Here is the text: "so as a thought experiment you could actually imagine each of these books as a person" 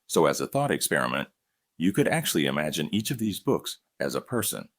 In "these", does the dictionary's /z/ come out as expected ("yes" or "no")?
yes